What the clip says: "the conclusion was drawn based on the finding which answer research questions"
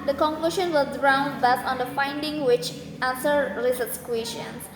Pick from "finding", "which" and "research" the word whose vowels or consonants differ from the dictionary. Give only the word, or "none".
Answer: research